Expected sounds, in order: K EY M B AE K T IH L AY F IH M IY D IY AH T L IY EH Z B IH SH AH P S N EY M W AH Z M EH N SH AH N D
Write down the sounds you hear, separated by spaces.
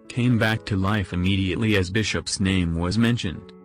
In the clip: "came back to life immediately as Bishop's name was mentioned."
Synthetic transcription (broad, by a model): K EY M B AE K T IH L AY F IH M IY D IY AH T L IY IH Z B IH SH AH P S N EY M W AH Z M EH N SH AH N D